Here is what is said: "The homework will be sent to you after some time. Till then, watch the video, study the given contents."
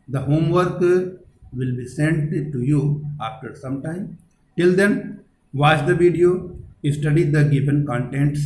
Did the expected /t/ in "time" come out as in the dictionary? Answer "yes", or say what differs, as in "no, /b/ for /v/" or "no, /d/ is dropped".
yes